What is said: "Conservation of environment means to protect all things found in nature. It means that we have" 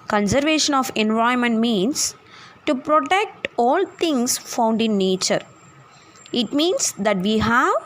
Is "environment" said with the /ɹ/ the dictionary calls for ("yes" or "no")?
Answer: no